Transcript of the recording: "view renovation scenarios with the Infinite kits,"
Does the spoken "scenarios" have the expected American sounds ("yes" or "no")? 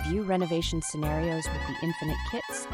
yes